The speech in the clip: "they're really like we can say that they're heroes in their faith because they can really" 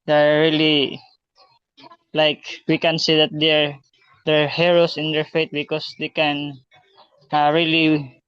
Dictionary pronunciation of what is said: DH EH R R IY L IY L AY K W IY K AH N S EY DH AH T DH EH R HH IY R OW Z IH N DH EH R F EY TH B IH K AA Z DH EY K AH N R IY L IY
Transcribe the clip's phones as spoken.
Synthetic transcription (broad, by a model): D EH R R IY L IY L AY K W IY K AH N S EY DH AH T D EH R HH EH R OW S IH N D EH R F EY T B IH K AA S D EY K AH N R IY L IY